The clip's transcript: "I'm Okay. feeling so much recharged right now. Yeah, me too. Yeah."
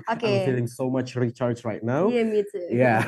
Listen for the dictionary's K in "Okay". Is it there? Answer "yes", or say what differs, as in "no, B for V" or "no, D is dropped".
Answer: no, K is dropped